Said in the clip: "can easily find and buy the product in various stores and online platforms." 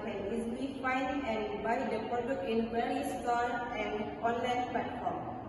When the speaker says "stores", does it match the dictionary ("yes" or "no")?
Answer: no